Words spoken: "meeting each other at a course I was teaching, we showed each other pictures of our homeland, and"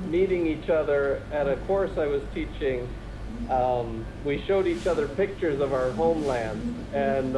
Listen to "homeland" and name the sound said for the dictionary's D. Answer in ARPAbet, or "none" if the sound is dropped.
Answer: D